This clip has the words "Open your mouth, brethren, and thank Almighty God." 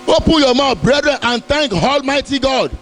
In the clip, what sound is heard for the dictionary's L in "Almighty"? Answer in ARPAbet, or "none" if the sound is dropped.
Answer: L